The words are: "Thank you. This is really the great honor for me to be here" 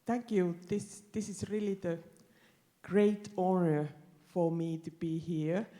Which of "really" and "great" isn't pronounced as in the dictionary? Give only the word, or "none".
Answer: none